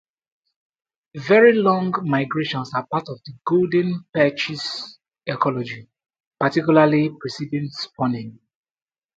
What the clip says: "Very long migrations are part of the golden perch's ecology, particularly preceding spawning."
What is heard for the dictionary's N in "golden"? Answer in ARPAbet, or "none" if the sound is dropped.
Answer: N